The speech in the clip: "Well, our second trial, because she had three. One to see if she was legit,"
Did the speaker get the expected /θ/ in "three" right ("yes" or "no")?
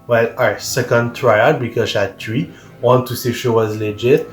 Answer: no